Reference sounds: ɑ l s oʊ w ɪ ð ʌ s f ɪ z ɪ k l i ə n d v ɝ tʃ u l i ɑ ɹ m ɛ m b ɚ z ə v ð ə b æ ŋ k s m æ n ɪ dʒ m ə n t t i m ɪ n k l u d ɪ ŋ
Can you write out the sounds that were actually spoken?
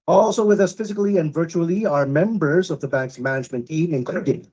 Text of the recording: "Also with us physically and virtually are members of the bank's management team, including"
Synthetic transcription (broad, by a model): ɑ l s oʊ w ɪ ð ʌ s f ɪ z ɪ k l i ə n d v ɝ tʃ u l i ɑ ɹ m ɛ m b ɚ z ə v ð ə b æ ŋ k s m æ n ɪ dʒ m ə n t t i m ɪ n k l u d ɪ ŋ